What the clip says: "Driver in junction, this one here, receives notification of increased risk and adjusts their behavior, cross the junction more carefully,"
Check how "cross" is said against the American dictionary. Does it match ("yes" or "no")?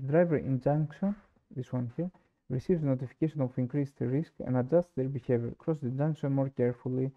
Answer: yes